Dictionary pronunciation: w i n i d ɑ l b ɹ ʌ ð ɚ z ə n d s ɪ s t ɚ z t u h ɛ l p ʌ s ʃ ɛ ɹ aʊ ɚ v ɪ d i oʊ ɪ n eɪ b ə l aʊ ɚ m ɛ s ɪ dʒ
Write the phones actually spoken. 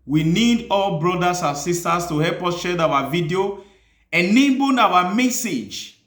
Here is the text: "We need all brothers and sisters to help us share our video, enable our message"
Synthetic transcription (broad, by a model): w i n i d ɑ l b ɹ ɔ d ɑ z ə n s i s t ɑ s t u h ɛ l p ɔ s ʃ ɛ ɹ aʊ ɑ v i d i oʊ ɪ n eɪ b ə n aʊ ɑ m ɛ s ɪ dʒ